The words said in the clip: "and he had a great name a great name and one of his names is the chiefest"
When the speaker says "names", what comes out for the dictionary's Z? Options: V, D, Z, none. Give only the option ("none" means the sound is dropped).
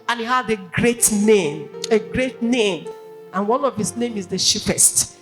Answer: none